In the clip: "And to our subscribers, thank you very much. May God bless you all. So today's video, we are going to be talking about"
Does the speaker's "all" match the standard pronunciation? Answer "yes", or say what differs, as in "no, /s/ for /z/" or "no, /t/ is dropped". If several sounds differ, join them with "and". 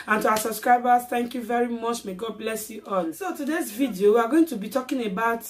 no, /n/ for /l/